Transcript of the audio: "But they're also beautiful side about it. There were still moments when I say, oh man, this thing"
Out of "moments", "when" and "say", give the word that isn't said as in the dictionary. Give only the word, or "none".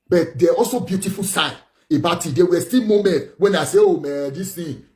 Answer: moments